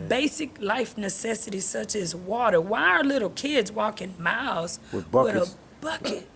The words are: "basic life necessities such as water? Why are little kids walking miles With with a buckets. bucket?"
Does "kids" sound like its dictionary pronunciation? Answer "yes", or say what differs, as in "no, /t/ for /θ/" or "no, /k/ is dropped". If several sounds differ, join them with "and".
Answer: yes